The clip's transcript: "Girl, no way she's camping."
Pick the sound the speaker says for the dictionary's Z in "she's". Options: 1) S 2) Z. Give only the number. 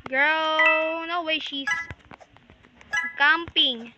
1